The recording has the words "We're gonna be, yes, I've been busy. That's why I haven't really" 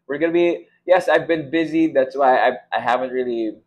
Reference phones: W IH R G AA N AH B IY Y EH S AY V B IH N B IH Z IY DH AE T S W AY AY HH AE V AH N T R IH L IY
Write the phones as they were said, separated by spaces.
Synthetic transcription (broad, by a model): W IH R G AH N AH B IY Y EH S AY V B IH N B IH Z IY DH AE T S W AY AY HH AE V AH N T R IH L IY